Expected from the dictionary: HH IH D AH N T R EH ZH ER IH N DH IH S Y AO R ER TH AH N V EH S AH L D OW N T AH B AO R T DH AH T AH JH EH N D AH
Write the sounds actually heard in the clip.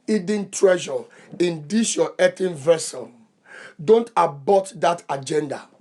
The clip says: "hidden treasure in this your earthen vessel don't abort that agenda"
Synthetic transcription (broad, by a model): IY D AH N T R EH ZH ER IH N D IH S Y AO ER T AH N V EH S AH N D OW N T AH B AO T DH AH T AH JH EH N D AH